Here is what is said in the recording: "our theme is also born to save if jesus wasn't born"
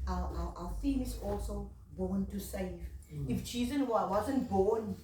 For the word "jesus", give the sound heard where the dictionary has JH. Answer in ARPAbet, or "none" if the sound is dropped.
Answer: CH